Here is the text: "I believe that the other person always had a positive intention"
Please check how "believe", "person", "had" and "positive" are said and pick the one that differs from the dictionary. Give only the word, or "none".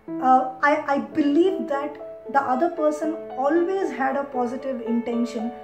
none